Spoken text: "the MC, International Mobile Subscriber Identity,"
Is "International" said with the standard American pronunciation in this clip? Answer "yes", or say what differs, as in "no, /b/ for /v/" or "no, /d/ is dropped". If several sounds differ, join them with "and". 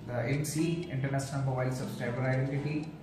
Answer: no, /s/ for /ʃ/